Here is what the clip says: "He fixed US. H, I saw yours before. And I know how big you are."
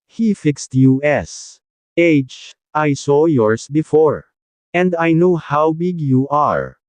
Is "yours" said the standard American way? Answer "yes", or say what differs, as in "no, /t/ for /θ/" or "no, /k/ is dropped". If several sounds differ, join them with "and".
no, /s/ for /z/